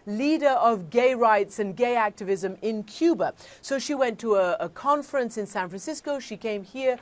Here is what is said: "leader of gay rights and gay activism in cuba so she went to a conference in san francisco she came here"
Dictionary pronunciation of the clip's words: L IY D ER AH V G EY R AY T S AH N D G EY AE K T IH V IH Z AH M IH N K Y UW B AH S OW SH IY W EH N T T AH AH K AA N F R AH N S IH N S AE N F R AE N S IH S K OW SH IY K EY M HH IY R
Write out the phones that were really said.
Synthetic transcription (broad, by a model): L IY D ER AH V G EY R AY T S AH N G EY AE K T IH V IH Z AH M IH N K Y UW B AH S OW SH IY W EH N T T AH AH K AA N F R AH N S IH N S AE N F R AE N S IH S K OW SH IY K EY M HH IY R